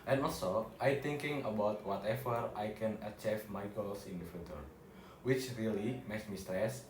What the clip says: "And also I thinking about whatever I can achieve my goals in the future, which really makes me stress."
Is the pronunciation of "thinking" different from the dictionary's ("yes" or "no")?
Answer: yes